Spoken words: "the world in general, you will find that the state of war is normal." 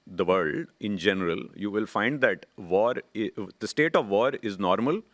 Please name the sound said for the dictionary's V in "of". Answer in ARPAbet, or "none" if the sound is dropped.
V